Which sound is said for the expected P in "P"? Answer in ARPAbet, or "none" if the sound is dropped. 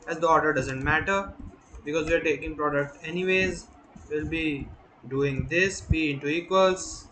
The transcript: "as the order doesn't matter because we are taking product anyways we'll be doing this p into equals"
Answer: B